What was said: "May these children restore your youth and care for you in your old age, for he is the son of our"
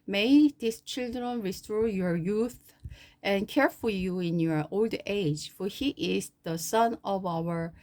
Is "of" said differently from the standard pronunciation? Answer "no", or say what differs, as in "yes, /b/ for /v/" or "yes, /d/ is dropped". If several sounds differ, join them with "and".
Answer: no